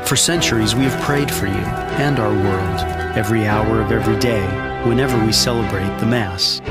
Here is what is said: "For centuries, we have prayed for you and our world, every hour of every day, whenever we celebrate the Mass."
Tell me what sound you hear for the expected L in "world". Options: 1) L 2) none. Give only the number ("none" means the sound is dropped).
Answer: 1